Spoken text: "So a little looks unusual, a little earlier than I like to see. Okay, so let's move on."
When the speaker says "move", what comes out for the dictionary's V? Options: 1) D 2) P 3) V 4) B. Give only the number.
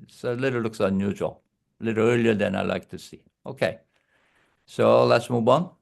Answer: 4